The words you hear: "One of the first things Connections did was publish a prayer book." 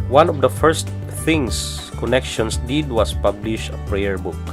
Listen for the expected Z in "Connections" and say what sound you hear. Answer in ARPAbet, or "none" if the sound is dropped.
S